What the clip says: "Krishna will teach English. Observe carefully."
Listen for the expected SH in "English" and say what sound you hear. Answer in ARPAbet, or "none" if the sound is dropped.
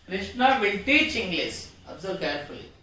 S